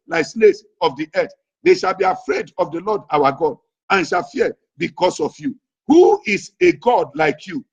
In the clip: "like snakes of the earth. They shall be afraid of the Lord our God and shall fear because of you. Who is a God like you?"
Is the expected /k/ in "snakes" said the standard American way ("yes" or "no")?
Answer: no